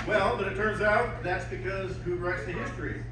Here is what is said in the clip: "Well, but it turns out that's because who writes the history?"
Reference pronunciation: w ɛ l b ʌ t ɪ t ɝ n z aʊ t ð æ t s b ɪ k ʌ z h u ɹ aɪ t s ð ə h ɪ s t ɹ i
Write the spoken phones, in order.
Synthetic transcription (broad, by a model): w ɛ l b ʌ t ɪ t ɝ n z aʊ t ð æ t s b ɪ k ʌ z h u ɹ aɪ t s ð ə h ɪ s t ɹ i